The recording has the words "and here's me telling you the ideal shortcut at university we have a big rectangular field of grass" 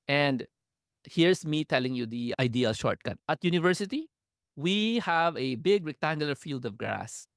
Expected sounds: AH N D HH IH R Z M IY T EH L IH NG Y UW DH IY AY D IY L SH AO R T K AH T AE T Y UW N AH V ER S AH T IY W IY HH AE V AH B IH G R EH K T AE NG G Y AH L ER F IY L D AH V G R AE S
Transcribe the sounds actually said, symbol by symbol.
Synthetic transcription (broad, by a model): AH N D HH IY R S M IY T EH L IH NG Y UW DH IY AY D IY L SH AO R T K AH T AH T Y UW N AH V ER S AH T IY W IY HH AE V AH B IH G R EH K T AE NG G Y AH L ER F IY L D AH V G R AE S